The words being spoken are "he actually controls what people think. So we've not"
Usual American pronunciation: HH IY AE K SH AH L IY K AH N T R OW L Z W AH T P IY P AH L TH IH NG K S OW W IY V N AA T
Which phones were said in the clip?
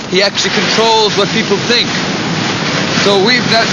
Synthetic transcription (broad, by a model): HH IY AE K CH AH L IY K AH N T R OW L Z W AH T P IY P L TH IH NG K S OW W IY V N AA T